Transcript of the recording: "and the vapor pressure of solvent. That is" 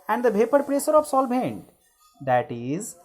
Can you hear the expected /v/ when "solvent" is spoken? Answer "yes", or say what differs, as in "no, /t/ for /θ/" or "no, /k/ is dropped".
no, /b/ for /v/